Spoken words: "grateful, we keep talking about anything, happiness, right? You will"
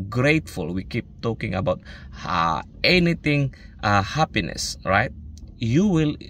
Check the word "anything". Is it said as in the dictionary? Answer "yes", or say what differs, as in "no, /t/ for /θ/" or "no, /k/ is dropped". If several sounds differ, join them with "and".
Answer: no, /t/ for /θ/